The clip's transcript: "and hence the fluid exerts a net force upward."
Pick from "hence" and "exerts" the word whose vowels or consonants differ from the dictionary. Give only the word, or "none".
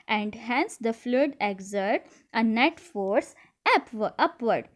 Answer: exerts